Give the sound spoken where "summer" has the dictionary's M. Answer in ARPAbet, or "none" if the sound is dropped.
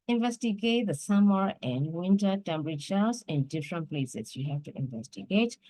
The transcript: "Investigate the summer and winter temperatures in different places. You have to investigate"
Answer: M